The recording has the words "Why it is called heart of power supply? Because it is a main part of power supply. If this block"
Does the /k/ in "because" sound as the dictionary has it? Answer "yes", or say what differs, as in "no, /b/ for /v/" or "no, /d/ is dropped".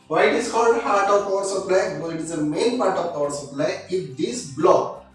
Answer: no, /k/ is dropped